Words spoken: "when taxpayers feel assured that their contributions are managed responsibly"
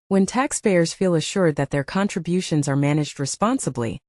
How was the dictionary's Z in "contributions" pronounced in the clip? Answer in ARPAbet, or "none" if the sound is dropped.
Z